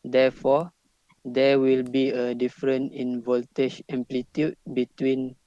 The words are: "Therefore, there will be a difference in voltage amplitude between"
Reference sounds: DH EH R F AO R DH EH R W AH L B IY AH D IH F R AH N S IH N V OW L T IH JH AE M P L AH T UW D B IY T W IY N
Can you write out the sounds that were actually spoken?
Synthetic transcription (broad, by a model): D EH F AO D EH W AH L B IY AH D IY F R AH N IH N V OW L T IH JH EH M P L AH T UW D B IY T W IY N